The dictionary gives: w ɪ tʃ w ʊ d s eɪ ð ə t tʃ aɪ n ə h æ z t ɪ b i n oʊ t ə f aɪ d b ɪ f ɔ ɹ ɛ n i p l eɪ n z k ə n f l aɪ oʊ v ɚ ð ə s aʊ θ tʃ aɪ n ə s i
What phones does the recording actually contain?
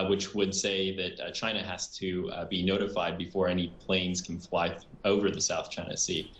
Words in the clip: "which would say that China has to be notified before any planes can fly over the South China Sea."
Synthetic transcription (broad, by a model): w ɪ tʃ w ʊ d s eɪ ð ə t tʃ aɪ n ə h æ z t ɪ b i n oʊ t ə f aɪ d b ɪ f ɔ ɹ ɛ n i p l eɪ n z k n f l aɪ oʊ v ɚ ð ə s aʊ θ tʃ aɪ n ə s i